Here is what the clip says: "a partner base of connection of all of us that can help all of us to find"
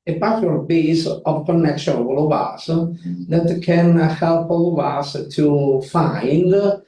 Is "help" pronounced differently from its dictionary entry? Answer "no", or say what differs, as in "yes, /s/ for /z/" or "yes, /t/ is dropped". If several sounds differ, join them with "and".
no